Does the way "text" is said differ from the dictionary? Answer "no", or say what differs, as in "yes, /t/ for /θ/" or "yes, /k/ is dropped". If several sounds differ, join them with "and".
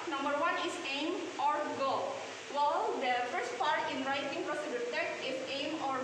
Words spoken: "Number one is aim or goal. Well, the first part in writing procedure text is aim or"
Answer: yes, /s/ is dropped